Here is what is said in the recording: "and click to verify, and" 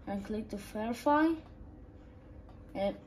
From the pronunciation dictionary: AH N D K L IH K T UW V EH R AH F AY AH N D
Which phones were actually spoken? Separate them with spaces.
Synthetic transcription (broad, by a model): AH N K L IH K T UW F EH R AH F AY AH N